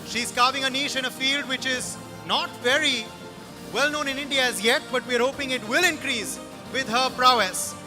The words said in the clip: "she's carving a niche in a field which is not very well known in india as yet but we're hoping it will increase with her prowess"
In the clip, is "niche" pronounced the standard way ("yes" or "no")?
no